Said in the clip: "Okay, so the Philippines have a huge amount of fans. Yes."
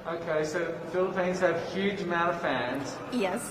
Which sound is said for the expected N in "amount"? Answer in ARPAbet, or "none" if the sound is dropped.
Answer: none